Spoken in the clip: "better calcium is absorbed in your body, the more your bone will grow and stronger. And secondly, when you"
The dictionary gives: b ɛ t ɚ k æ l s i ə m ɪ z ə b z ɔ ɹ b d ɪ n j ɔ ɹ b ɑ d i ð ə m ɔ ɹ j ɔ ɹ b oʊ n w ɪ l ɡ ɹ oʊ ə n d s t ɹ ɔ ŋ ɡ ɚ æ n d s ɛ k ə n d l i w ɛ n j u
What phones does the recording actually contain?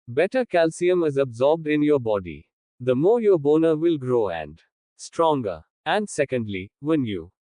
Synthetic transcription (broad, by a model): b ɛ t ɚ k æ l s i ə m ɪ z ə b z ɔ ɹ b d ɪ n j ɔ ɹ b ɑ d i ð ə m ɔ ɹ j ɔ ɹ b oʊ n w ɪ l ɡ ɹ oʊ ə n d s t ɹ ɔ ŋ ɡ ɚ æ n d s ɛ k ə n d l i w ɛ n j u